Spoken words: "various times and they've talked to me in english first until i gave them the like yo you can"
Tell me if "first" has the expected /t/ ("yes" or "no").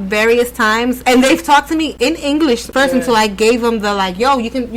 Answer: no